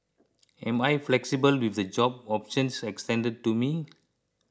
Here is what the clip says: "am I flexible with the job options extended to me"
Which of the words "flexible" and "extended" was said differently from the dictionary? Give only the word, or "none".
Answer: none